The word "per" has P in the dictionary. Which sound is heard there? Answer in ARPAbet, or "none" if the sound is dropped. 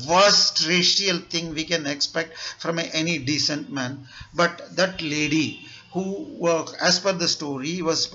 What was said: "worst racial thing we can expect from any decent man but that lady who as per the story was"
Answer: F